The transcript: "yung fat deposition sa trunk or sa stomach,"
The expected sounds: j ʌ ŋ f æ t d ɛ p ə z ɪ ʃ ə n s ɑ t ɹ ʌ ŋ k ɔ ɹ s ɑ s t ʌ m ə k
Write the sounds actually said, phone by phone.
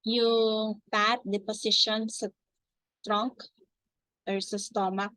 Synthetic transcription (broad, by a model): j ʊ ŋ p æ t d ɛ p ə s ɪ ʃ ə n s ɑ t ɹ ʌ ŋ k ɔ ɹ s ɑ s t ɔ m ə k